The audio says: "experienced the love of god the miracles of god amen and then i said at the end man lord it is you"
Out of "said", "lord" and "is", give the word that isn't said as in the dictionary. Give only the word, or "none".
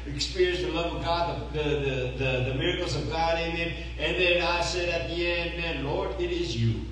none